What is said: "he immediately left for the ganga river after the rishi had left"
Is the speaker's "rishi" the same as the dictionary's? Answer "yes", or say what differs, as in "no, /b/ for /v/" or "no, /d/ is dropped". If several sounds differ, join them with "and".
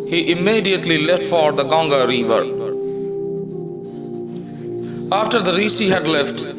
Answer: no, /s/ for /ʃ/